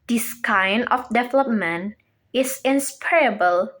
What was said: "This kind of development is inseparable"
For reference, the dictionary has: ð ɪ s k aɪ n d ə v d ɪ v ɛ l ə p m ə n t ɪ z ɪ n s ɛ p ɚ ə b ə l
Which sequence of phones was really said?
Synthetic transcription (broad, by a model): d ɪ s k aɪ n ə f d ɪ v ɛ l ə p m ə n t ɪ s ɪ n s p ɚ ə b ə l